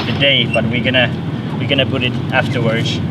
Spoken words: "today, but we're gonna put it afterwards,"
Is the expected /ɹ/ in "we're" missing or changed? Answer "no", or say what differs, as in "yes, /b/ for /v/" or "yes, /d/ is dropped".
yes, /w/ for /ɹ/